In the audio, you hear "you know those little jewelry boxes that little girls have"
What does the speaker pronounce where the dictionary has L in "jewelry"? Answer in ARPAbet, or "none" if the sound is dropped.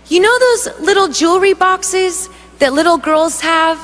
L